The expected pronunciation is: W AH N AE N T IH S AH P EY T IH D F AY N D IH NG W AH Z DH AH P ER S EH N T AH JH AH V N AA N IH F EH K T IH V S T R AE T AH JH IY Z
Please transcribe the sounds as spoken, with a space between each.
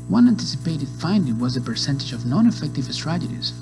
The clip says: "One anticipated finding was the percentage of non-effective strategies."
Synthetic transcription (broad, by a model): W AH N AE N T IH S AH P EY T IH D F AY N D IH NG W AH Z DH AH P ER S EH N T AH JH AH V N AA N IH F EH K T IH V S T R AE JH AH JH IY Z